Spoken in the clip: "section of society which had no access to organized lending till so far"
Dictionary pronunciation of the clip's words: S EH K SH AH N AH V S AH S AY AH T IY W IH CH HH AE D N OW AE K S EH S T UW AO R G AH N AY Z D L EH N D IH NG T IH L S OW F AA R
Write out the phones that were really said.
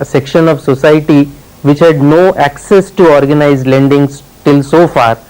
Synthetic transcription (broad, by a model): S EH K SH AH N AH V S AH S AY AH T IY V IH CH HH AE D N OW AE K S EH S T UW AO R G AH N AY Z L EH N D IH NG T IH L S OW F AA R